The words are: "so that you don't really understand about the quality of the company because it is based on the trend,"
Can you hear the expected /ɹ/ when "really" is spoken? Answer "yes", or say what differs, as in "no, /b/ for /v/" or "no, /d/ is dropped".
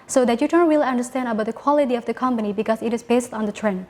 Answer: no, /w/ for /ɹ/